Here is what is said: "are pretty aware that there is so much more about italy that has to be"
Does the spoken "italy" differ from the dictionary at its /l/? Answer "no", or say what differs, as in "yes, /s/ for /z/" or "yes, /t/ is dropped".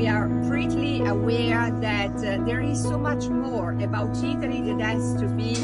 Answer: yes, /n/ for /l/